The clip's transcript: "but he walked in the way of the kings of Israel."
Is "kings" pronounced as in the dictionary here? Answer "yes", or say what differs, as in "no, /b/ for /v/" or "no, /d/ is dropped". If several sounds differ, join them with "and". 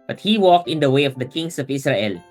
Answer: no, /s/ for /z/